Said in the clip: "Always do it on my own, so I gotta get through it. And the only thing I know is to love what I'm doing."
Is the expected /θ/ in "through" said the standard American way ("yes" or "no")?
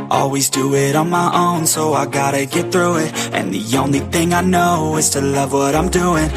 yes